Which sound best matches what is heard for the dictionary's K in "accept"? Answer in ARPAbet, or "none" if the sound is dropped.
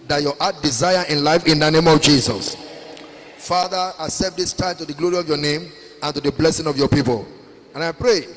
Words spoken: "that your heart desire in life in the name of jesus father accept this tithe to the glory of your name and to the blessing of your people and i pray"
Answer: none